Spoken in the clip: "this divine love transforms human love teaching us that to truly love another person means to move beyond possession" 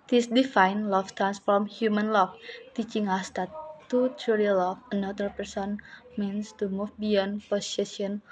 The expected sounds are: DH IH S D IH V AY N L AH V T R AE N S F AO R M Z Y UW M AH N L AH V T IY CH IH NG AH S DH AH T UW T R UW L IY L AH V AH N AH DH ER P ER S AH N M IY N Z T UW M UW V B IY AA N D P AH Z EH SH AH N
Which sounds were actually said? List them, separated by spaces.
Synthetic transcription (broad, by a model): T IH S D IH F AY N L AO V T R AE N S F AO R M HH Y UW M AH N L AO F T IY CH IH NG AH S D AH T UW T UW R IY L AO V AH N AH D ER P ER S AH N M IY N S T UW M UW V B IY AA N P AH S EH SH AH N